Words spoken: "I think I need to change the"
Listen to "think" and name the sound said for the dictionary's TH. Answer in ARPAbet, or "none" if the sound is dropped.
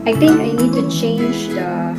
T